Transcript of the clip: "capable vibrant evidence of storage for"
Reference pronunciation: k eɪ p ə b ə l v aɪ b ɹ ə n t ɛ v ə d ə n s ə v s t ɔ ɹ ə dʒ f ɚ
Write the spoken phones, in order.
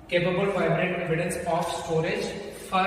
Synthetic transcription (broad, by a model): k eɪ p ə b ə l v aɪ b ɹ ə t ɛ v ə d ə n s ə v s t ɔ ɹ ə dʒ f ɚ